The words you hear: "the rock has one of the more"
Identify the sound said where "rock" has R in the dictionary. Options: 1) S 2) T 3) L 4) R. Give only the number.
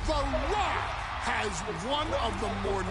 3